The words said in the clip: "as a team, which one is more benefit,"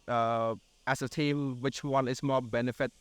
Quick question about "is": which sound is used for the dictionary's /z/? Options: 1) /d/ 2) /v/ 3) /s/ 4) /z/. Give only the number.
3